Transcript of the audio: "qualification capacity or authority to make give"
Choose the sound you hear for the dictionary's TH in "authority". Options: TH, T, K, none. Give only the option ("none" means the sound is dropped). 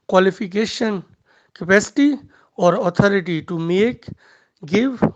T